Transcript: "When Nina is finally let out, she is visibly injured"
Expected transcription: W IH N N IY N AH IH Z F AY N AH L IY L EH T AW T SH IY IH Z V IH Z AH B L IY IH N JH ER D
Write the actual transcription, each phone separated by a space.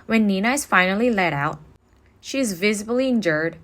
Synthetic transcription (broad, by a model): W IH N N IY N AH IH Z F AY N L IY L EH T AW T SH IY IH Z V IH Z AH B L IY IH N JH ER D